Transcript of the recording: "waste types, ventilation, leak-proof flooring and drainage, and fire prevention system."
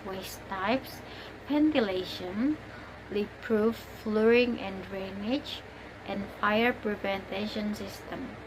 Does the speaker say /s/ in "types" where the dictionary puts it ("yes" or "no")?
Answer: yes